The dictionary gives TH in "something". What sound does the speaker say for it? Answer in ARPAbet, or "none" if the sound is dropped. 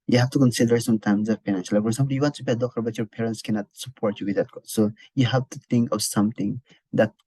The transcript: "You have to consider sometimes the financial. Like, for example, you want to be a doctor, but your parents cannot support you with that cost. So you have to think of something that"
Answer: T